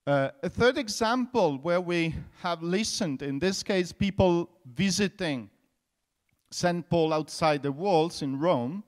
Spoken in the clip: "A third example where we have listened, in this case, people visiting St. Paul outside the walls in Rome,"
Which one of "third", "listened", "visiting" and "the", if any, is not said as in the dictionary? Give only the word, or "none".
none